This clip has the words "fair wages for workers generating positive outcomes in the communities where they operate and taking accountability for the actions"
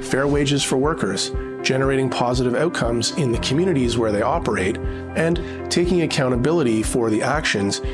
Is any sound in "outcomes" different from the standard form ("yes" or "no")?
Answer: no